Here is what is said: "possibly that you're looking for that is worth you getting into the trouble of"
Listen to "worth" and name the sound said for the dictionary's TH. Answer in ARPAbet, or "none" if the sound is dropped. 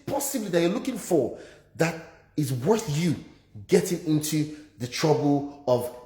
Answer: TH